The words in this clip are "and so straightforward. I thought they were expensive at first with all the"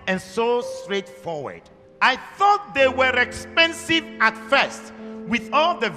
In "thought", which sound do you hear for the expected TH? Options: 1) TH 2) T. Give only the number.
1